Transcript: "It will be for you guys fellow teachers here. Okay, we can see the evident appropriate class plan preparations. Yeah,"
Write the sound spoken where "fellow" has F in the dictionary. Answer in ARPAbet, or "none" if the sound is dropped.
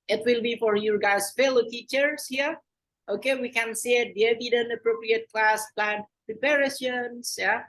F